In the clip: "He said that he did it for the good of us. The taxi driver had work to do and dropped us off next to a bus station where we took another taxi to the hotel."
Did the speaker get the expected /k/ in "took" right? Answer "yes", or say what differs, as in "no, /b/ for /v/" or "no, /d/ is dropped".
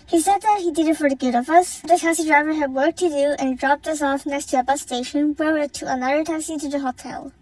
no, /k/ is dropped